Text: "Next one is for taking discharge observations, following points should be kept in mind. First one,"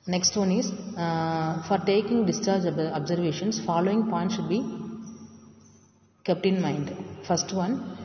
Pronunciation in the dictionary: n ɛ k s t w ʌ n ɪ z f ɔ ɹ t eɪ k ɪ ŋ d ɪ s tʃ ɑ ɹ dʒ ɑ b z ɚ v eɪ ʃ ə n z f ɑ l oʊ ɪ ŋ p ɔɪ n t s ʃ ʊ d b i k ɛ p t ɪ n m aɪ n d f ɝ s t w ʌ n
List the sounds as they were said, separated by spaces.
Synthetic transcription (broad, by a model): n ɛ k s t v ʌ n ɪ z f ɔ ɹ t eɪ k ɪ ŋ d ɪ s tʃ ɑ ɹ dʒ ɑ b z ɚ v eɪ ʃ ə n s f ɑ l oʊ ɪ ŋ p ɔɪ n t ʃ ʊ d b i k ɛ p t ɪ n m aɪ n d f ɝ s t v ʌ n